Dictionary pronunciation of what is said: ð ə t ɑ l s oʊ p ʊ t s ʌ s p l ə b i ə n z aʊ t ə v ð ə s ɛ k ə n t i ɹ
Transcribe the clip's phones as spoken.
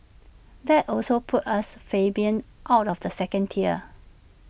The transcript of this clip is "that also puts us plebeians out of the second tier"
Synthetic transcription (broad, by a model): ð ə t ɑ l s oʊ p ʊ t ʌ s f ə b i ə n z aʊ t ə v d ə s ɛ k ə n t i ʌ